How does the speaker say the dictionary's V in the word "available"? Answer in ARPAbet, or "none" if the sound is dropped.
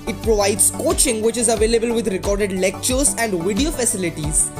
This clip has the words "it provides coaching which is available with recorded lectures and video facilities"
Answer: V